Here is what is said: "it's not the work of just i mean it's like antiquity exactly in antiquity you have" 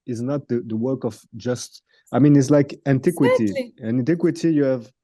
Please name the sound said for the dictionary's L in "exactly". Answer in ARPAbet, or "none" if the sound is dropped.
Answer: none